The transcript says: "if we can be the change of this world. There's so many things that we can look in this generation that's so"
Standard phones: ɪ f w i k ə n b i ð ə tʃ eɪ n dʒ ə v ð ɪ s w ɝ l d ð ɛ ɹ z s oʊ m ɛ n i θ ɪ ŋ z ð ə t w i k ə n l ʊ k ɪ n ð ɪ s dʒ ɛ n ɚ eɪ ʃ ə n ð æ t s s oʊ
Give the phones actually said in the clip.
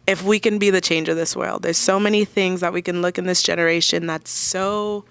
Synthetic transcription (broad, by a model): ɪ f w i k ə n b i ð ə tʃ eɪ n dʒ ə v ð ɪ s w ɝ l d ð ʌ ɹ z s oʊ m ɛ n i θ ɪ ŋ z ð ə t w i k ə n l ʊ k ɪ n ð ɪ s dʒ ɛ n ɚ eɪ ʃ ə n ð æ t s s oʊ